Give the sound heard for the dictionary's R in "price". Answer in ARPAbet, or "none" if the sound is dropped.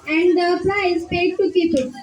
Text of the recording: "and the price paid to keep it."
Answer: L